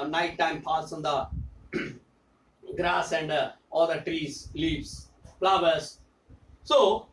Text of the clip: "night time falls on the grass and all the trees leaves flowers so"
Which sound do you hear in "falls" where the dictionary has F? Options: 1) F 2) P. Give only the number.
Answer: 2